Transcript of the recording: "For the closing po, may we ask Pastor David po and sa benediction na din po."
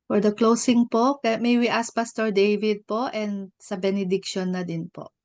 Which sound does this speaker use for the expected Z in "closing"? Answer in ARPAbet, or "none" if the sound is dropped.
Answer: S